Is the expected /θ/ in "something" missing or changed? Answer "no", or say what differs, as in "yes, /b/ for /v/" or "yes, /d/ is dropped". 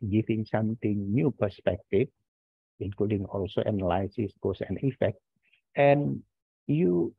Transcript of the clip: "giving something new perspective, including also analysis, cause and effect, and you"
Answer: yes, /t/ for /θ/